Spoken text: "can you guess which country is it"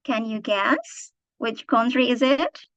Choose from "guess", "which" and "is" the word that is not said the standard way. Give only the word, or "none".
none